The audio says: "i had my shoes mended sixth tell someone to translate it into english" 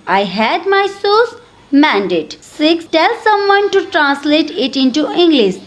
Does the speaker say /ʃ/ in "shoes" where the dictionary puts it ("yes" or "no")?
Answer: no